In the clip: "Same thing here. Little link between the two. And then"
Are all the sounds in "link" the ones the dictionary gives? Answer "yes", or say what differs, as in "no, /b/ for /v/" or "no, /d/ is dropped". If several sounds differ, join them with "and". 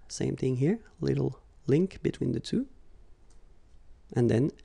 yes